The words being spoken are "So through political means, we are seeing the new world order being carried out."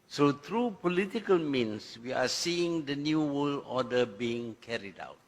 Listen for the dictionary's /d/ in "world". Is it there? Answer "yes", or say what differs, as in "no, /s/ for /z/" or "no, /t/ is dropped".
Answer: no, /d/ is dropped